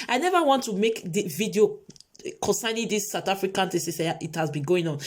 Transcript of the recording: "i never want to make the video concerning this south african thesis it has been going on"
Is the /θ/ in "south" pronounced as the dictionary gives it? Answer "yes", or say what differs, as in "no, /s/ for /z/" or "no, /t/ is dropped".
no, /t/ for /θ/